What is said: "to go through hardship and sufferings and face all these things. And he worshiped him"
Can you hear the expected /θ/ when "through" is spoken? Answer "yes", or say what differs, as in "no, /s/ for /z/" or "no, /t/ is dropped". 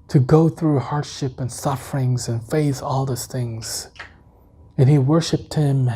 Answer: yes